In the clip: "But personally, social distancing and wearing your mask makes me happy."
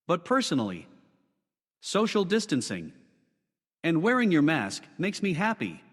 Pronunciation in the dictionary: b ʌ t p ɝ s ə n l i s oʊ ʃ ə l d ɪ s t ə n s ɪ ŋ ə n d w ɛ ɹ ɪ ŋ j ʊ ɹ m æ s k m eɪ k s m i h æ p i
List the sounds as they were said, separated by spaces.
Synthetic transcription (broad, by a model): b ʌ t p ɝ s ə n l i s oʊ ʃ l d ɪ s t ə n s ɪ ŋ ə n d w ɛ ɹ ɪ ŋ j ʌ ɹ m æ s k m eɪ k s m i h æ p i